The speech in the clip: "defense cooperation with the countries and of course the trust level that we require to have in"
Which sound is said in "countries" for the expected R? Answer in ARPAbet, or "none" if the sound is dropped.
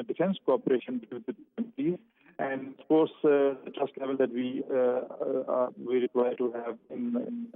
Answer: none